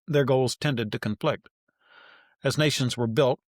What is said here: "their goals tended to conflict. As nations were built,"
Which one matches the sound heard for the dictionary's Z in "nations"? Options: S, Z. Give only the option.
Z